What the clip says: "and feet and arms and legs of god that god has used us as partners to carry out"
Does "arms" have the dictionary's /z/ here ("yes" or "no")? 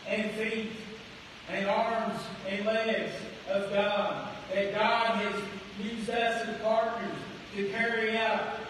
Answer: yes